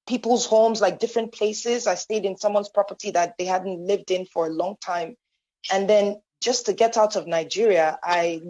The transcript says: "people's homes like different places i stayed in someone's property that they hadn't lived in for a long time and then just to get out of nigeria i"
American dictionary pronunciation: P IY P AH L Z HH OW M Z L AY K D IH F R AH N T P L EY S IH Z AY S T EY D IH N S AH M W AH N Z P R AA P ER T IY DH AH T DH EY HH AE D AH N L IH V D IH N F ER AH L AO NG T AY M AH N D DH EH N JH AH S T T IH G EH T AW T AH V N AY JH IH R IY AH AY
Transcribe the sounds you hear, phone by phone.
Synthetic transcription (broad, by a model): P IY P L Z HH OW M Z L AY K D IH F R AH N P L EY S IH Z AY S T EY D IH N S AH M W AH N Z P R AA P ER T IY DH AH T DH EY HH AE D N L IH V D IH N F ER AH L AO NG T AY M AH N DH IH N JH AH S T T IH G EH T AW T AH V N AY JH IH R IY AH AY